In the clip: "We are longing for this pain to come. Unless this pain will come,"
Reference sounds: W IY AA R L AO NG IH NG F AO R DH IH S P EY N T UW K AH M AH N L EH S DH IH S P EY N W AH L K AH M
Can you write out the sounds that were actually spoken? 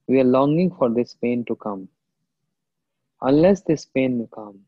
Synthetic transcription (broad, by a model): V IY AA R L AO NG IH NG F AO R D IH S P EY N T UW K AH M AH N L EH S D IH S P EY N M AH K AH M